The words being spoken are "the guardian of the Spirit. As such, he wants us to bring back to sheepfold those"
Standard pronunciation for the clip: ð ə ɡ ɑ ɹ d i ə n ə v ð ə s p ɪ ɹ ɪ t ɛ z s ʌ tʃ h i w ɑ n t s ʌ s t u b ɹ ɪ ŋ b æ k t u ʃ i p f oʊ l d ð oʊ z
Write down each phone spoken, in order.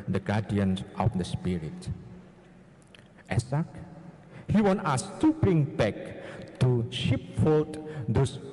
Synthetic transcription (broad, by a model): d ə ɡ ɑ d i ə n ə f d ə s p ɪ ɹ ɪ t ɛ s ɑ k h i w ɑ n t ɑ s t u b ɹ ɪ ŋ b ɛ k t u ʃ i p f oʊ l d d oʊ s